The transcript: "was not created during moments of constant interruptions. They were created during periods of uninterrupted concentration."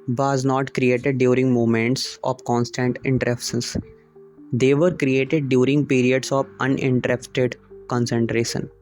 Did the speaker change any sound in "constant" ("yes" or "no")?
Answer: no